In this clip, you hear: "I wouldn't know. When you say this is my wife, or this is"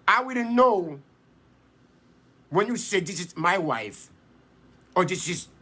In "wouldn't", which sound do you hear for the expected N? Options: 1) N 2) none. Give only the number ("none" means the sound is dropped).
2